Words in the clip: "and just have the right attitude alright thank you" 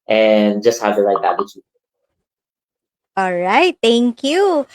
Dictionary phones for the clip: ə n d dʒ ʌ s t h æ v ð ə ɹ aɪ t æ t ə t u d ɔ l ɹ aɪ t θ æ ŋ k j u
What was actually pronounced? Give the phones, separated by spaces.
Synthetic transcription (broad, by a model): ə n dʒ ʌ s t h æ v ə l aɪ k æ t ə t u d ɔ l ɹ aɪ t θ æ ŋ k j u